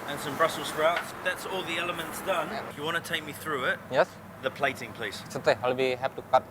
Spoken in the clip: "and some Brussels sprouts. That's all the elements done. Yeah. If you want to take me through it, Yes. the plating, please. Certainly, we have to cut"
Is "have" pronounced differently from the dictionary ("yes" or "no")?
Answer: yes